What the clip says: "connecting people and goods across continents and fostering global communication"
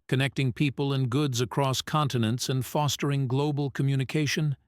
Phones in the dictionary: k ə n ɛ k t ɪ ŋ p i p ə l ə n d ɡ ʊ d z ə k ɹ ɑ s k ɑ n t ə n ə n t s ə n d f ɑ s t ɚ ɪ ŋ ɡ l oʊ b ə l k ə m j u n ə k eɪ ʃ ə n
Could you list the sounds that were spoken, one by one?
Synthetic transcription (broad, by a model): k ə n ɛ k t ɪ ŋ p i p ə l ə n ɡ ʊ d z ə k ɹ ɑ s k ɑ n t ə n ə n t s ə n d f ɑ s t ɚ ɪ ŋ ɡ l oʊ b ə l k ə m j u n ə k eɪ ʃ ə n